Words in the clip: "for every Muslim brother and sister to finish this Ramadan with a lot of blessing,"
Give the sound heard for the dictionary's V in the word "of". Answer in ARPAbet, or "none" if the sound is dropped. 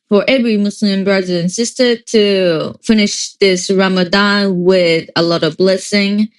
V